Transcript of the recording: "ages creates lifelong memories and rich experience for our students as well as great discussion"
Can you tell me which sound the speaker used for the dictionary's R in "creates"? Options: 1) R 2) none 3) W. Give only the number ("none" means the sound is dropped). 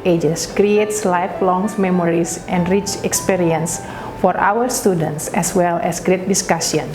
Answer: 1